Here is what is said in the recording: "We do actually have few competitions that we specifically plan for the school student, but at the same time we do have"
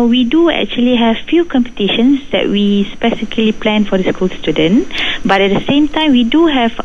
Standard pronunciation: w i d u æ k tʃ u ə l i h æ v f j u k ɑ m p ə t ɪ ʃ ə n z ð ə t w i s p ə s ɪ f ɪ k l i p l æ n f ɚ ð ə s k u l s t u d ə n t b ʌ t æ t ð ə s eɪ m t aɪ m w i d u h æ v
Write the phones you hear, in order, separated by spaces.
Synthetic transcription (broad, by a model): w i d u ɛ k tʃ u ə l i h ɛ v f j u k ɑ m p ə t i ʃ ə n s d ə t w i s p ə s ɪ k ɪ l i p l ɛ n f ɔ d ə s k u l s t u d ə n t b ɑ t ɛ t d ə s eɪ m t aɪ m w i d u h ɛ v